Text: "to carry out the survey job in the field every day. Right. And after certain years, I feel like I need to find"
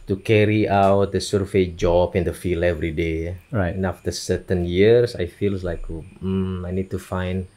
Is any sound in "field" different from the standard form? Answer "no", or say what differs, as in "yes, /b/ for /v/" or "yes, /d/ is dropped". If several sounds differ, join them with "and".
yes, /d/ is dropped